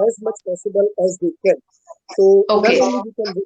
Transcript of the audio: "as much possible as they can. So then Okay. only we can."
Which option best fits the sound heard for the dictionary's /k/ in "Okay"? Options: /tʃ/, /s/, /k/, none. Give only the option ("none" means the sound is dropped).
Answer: none